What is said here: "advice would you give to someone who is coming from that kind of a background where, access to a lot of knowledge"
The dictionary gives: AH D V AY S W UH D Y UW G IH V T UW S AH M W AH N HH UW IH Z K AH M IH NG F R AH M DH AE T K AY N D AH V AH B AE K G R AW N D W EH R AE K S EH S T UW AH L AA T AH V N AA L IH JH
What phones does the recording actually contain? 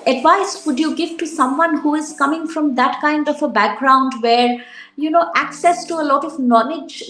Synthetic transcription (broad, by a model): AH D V AY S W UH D Y UW G IH V T UW S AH M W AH N HH UW IH Z K AH M IH NG F R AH M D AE T K AY N D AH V AH B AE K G R AW N D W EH R AE K S EH S T UW AH L AA T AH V N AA L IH JH